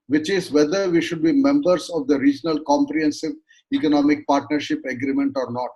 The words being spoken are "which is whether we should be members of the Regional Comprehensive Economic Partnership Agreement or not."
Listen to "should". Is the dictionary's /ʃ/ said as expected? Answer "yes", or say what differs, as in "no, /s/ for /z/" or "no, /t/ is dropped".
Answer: yes